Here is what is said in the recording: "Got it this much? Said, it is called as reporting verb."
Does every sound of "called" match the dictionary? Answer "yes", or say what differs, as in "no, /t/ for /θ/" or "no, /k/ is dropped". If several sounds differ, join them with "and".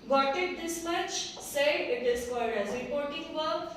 no, /l/ is dropped